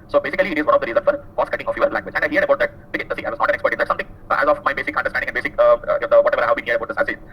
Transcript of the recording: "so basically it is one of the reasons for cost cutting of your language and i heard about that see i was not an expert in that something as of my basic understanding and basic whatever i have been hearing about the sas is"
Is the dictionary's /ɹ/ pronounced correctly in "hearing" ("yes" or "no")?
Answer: no